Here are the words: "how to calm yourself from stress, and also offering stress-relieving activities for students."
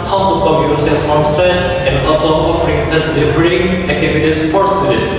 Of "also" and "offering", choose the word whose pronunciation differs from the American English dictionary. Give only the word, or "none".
also